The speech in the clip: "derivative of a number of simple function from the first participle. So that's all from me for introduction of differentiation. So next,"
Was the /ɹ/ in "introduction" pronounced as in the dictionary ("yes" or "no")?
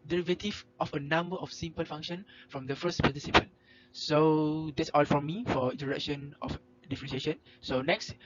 no